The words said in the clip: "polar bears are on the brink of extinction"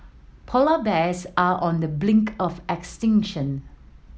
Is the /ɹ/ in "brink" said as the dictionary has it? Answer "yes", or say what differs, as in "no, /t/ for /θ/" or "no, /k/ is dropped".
no, /l/ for /ɹ/